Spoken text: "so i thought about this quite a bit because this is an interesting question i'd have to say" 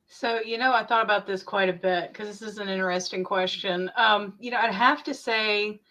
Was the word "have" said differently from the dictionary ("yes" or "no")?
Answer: yes